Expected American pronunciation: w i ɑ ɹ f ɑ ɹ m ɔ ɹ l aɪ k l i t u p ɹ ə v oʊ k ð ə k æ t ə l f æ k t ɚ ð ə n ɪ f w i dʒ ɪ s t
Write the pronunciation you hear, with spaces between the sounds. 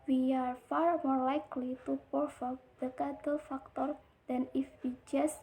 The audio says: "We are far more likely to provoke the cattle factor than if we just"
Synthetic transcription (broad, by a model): w i ɑ ɹ f ɑ ɹ m ɔ ɹ l aɪ k l i t u p ə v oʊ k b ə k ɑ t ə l f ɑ k t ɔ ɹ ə n ɪ f w i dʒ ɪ s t